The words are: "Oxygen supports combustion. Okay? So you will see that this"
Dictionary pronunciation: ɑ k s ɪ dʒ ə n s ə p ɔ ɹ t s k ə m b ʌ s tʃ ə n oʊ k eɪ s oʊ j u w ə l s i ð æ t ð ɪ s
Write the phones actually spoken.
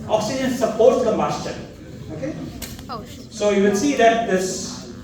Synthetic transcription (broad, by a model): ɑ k s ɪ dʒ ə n s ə p ɔ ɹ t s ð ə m ʌ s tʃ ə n oʊ k eɪ s oʊ j u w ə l s i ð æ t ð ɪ s